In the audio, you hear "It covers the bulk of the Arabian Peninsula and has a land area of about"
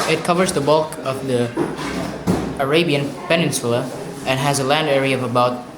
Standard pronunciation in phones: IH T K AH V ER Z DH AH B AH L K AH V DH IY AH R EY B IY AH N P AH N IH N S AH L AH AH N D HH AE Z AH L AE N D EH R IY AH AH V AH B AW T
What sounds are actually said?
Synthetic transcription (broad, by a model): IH T K AH V ER Z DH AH B AH L K AH V DH IY AH R EY B IY AH N P AH N IH N S AH L AH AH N HH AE Z AH L AE N D EH R IY AH AH V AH B AW T